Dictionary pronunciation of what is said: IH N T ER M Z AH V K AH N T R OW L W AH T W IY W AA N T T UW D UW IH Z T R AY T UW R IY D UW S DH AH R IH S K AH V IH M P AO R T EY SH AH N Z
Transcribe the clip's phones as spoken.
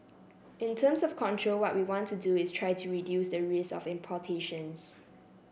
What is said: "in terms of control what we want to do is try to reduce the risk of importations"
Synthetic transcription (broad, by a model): IH N T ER M S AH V K AH N T R OW L W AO T W IY W AA N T T UW D UW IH S T R AY T UW R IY D UW S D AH R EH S AH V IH M P AO T EY SH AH N S